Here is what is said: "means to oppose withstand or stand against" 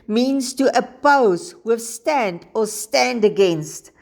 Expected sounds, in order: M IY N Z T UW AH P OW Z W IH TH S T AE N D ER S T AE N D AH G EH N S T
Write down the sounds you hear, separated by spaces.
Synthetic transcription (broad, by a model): M IY N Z T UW AH P OW Z W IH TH S T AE N D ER S T AE N D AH G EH N S T